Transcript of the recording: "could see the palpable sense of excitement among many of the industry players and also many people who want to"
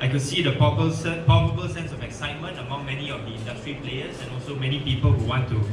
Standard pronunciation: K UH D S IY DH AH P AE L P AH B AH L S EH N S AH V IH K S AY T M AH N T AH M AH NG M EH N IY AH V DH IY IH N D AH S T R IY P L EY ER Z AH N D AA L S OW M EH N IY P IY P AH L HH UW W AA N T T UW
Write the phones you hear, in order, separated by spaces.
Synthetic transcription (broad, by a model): K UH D S IY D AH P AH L P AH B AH L S EH N S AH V IH K S AY T M AH N T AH M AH NG M EH N IY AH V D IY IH N D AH S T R IY P L EY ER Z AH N AA L S OW M EH N IY P IY P AH L HH UW W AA N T T UW